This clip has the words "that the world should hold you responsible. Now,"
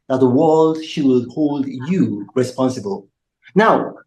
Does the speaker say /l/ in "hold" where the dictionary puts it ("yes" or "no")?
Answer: yes